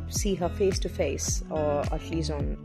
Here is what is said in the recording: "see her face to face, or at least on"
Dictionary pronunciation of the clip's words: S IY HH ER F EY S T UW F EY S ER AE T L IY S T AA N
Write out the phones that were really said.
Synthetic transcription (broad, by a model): S IY HH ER F EY S T UW F EY S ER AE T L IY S AA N